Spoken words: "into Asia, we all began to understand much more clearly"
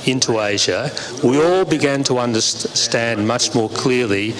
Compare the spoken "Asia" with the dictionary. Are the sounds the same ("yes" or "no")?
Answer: yes